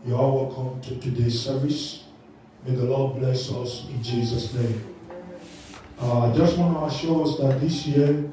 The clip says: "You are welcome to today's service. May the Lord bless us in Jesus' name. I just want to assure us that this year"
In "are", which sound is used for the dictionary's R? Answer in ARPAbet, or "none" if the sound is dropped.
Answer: L